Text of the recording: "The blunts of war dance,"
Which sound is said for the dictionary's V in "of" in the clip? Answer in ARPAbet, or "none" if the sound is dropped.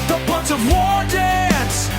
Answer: V